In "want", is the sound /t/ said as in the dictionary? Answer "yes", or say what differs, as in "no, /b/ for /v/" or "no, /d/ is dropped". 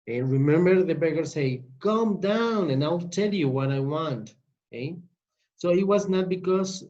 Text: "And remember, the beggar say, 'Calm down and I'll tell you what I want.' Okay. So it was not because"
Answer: yes